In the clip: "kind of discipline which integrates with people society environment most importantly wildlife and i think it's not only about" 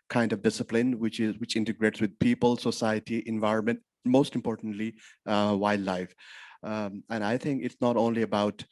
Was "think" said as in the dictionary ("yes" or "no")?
no